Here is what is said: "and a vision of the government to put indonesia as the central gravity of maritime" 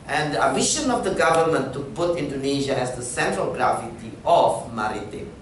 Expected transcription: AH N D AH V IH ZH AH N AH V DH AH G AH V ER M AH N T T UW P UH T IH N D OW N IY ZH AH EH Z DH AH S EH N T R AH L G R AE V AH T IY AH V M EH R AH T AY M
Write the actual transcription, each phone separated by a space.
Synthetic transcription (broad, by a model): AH N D AH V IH SH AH N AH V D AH G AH V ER M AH N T T UW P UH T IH N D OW N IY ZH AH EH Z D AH S EH N T R AH L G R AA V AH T IY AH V M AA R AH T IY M